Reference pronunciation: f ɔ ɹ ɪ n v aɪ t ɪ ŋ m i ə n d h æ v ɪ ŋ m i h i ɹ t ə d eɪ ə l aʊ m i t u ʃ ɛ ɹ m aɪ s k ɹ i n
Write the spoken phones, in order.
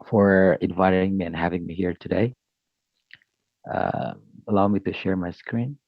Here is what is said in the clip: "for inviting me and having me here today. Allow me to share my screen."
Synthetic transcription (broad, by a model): f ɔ ɹ ɪ n v aɪ t ɪ ŋ m i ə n h æ v ɪ ŋ m i h i ɹ t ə d eɪ ə l aʊ m i t u ʃ ɛ ɹ m aɪ s k ɹ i n